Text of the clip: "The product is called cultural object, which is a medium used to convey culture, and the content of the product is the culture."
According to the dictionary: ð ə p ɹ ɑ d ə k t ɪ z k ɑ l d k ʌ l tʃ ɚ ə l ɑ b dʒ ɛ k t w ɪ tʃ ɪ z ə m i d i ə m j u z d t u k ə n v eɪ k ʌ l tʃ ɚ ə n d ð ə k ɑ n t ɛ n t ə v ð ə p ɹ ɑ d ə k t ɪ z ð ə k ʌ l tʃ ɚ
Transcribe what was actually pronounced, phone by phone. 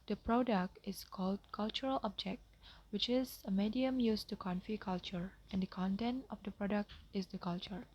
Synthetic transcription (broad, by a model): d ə p ɹ ɑ d ə k t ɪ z k ɑ l d k ʌ l tʃ ɚ ə l ɑ b dʒ ɛ k t w ɪ tʃ ɪ z ə m i d i ə m j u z t u k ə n f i k ʌ l tʃ ɚ ə n d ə k ɑ n t ɛ n t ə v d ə p ɹ ɑ d ə k t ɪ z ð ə k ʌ l tʃ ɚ